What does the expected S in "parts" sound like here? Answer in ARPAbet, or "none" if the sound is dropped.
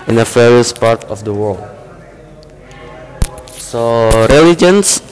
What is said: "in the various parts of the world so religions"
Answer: none